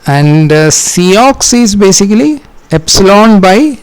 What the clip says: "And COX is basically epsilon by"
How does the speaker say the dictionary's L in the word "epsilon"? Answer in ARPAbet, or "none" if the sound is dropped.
L